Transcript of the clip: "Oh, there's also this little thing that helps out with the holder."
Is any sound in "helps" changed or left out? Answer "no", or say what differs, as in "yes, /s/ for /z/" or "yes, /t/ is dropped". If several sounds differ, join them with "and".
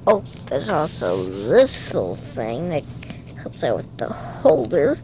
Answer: yes, /l/ is dropped